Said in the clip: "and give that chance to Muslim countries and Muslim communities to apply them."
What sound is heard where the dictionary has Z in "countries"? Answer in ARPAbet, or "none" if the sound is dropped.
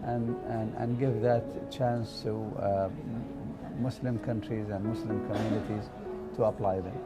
Z